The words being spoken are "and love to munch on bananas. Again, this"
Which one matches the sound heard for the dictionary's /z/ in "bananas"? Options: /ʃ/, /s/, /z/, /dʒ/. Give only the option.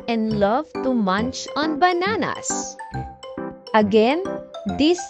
/s/